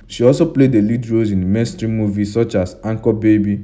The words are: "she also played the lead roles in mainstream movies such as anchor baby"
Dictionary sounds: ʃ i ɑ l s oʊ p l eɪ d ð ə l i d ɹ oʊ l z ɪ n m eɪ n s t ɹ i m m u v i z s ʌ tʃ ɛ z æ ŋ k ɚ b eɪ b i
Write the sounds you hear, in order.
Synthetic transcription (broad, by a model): ʃ i ɑ l s oʊ p l eɪ d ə l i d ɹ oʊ z ɪ n m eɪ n s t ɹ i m m u v i s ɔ tʃ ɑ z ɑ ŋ k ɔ b eɪ b i